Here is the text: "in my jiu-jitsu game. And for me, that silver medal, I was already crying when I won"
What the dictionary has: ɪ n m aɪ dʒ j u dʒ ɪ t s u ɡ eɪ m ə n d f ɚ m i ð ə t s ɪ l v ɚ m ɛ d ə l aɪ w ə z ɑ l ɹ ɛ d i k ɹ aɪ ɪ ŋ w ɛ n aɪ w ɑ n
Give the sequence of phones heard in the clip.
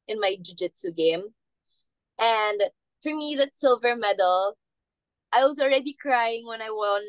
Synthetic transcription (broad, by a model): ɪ n m aɪ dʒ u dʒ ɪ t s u ɡ eɪ m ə n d f ɚ m i ð ə t s ɪ l v ɚ m ɛ d l aɪ w ə z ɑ l ɹ ɛ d i k ɹ aɪ ɪ ŋ w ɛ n aɪ w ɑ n